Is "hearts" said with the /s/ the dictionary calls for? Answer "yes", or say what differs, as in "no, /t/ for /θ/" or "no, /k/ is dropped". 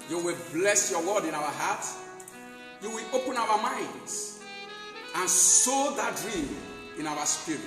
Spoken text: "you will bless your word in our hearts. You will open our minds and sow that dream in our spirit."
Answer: no, /s/ is dropped